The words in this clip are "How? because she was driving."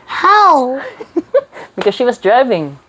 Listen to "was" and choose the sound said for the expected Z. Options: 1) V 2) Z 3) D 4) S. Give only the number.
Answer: 2